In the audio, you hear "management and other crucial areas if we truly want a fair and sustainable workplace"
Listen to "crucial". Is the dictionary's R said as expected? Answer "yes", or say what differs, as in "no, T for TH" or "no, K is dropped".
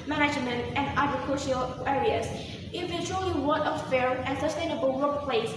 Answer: no, R is dropped